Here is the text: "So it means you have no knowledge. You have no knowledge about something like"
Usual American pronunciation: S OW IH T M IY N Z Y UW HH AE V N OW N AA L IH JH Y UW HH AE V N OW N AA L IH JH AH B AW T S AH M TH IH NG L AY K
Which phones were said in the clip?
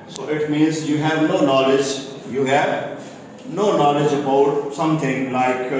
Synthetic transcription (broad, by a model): S OW IH T M IY N Z Y UW HH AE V N OW N AA L IH JH Y UW HH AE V N OW N AA L IH JH AH B AW T S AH M T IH NG L AY K